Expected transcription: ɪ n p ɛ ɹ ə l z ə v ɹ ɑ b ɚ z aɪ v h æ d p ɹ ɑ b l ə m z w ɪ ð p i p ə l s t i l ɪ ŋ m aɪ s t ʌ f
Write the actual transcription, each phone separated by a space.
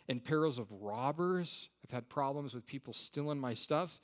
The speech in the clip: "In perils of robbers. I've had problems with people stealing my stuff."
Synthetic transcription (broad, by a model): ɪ n p ɛ ɹ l z ə v ɹ ɑ b ɚ z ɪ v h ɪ d p ɹ ɑ b l ə m z w ɪ ð p i p l s t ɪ l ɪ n m aɪ s t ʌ f